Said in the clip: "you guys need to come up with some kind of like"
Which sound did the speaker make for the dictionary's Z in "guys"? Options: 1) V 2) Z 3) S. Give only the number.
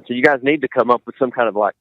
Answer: 2